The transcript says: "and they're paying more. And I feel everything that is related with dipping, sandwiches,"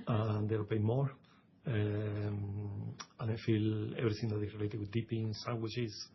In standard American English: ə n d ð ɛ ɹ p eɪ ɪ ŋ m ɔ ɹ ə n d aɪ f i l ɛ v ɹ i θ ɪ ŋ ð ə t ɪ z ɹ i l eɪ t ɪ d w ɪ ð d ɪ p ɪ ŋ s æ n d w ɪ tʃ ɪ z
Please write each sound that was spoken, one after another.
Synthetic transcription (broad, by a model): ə n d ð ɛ l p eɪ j m ɔ ɹ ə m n aɪ f i l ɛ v ɹ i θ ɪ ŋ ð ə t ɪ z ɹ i l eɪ t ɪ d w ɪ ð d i p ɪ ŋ s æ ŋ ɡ w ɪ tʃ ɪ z